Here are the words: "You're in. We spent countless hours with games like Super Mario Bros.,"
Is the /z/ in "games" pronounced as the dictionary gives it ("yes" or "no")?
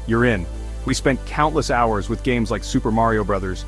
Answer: yes